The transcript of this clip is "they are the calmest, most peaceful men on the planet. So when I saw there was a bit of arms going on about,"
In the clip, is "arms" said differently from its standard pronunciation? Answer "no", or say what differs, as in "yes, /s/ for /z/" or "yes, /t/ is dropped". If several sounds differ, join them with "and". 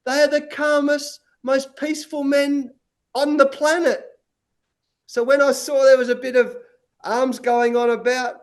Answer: no